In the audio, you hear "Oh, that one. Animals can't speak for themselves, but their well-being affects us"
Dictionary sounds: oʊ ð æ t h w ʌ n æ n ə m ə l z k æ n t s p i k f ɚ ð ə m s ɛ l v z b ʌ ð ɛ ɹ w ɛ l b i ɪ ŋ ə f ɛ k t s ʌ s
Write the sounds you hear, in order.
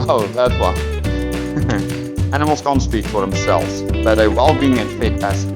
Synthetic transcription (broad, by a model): oʊ ð æ t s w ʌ æ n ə m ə l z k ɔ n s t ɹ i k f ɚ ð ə m s ɛ l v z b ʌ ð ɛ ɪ w ɛ l b i ɪ ŋ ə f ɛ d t æ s